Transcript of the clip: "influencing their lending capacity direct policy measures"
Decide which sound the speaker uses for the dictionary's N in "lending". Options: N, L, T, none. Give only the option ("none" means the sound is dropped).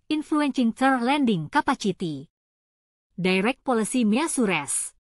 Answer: N